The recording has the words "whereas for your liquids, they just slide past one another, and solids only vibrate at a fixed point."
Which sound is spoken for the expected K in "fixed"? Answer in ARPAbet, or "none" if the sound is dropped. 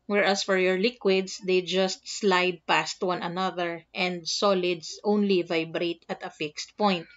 K